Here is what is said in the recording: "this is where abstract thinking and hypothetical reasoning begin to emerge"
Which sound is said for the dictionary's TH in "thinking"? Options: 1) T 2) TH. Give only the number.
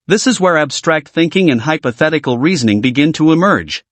2